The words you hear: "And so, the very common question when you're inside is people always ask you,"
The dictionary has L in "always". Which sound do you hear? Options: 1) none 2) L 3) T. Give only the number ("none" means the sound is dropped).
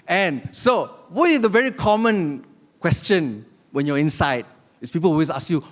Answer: 1